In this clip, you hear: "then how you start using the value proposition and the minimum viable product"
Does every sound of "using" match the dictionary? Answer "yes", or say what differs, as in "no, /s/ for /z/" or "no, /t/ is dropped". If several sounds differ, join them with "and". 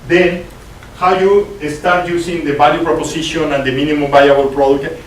no, /s/ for /z/